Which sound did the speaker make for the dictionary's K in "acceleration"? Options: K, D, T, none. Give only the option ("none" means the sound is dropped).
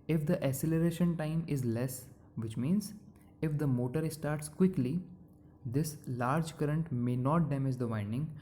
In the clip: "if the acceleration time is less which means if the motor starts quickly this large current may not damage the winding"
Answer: none